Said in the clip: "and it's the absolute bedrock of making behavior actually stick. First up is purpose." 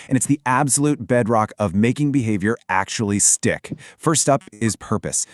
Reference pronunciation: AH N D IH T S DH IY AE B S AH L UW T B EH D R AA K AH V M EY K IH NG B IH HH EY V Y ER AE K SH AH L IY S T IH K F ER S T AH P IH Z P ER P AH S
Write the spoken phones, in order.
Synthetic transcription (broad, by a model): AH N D IH T S DH IY AE B S AH L UW T B EH D R AA K AH V M EY K IH NG B IH HH EY V Y ER AE K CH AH L IY S T IH K F ER S T AH P IH Z P ER P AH S